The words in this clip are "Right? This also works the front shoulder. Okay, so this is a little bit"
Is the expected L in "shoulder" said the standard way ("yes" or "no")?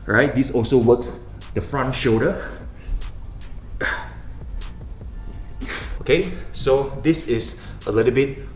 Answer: no